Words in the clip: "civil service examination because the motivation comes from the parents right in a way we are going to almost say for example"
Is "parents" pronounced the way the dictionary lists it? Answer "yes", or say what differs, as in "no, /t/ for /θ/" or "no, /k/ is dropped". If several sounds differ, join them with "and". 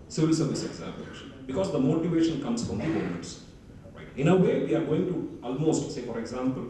no, /n/ is dropped